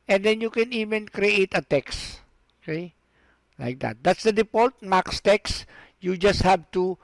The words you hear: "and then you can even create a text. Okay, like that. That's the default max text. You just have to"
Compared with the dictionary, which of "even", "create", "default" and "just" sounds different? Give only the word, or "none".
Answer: default